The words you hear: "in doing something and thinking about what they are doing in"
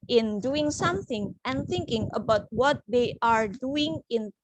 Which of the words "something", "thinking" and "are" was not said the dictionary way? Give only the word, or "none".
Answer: none